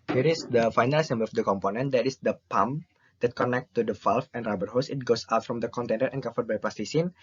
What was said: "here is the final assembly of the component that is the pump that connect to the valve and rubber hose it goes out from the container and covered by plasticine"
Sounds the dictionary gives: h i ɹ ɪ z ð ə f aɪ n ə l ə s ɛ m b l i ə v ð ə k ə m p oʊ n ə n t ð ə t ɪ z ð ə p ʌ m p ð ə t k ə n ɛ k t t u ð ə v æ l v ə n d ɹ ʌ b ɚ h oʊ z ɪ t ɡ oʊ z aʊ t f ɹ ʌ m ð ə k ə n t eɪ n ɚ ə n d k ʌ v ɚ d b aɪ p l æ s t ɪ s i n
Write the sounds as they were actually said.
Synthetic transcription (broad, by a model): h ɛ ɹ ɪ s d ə f aɪ n ə l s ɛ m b i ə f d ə k ə m p oʊ n ə n t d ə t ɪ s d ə p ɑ m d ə t k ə n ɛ k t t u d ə f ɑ l f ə n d ɹ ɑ b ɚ h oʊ s ɪ t ɡ oʊ s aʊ t f ɹ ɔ m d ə k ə n t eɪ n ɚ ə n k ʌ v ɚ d b aɪ p l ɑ s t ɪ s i n